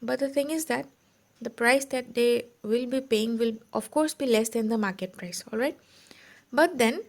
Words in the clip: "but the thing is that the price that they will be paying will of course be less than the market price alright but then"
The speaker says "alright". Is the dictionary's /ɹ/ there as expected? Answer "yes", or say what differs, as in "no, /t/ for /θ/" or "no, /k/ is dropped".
yes